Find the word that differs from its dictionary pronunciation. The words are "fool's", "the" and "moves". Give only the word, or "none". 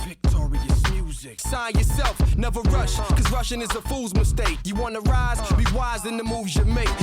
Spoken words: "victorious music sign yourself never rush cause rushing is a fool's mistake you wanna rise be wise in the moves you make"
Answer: none